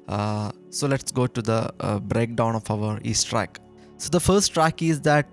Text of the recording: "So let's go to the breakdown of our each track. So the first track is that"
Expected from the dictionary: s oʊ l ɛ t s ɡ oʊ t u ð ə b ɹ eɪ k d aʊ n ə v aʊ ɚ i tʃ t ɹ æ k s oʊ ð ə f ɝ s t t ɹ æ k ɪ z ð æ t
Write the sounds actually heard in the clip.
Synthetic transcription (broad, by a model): s oʊ l ɛ t s ɡ oʊ t u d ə b ɹ eɪ k d aʊ n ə f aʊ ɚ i s t ɹ æ k s oʊ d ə f ɝ s t t ɹ æ k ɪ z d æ t